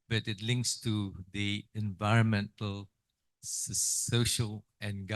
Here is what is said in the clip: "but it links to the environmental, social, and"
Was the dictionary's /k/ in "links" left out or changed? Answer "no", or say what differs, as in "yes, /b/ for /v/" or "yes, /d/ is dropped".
no